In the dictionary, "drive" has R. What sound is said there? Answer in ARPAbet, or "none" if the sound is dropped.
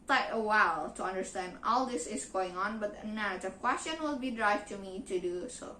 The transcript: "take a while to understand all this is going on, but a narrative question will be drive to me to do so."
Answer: R